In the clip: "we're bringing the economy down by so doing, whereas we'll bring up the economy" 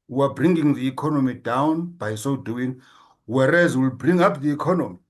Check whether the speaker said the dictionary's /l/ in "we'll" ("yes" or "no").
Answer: yes